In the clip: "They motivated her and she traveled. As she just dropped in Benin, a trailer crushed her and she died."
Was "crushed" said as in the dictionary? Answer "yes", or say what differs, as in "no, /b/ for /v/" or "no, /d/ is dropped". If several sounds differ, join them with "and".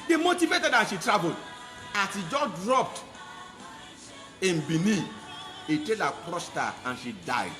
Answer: no, /s/ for /ʃ/